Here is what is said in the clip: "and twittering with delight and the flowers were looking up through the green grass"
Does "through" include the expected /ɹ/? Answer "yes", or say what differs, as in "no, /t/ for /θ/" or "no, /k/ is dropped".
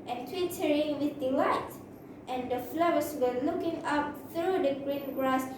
yes